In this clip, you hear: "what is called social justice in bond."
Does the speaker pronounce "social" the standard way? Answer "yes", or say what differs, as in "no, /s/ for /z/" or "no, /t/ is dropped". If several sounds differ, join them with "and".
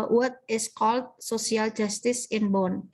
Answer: no, /s/ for /ʃ/